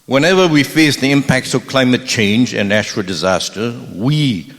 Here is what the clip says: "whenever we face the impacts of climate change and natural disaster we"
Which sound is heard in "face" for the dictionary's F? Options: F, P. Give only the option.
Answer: F